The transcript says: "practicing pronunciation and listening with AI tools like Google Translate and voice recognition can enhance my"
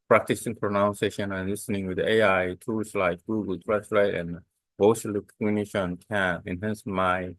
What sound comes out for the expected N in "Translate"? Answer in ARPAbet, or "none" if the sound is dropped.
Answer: none